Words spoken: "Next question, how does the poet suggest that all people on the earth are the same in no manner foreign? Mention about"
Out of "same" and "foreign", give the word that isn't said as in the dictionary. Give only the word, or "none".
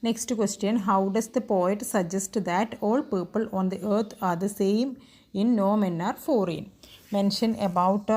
none